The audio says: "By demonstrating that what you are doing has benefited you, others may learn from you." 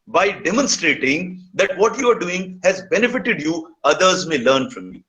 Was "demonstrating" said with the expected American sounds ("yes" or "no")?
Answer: yes